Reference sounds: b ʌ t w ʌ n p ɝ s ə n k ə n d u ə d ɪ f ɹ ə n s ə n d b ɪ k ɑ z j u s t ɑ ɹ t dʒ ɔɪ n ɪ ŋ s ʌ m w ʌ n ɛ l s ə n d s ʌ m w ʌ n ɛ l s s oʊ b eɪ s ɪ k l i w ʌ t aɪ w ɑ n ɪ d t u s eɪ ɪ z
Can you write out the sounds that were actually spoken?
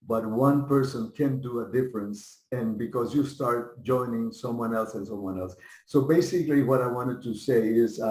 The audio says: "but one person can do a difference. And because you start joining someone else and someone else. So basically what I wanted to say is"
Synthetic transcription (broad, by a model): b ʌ t w ʌ n p ɝ s ə n k ə n d u ə d ɪ f ɹ ə n s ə n b ɪ k ɑ z j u s t ɑ ɹ t dʒ ɔɪ n ɪ ŋ s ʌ m w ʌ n ɛ l s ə n s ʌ m w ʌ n ɛ l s s oʊ b eɪ s ɪ k l i w ʌ t aɪ w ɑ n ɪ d t u s eɪ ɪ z